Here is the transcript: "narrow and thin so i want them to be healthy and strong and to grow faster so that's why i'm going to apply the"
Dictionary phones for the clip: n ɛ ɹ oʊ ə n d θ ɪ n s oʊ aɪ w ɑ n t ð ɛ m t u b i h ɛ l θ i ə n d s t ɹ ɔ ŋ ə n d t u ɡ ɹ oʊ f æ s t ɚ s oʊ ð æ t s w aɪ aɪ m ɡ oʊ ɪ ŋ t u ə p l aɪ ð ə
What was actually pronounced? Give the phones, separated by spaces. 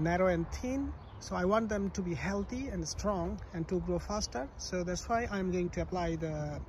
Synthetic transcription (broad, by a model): n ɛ ɹ oʊ ə n d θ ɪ n s oʊ aɪ w ɑ n t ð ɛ m t u b i h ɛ l t i ə n d s t ɹ ɔ ŋ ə n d t u ɡ ɹ oʊ f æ s t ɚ s oʊ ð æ t s w aɪ aɪ m ɡ oʊ ɪ ŋ t u ə p l aɪ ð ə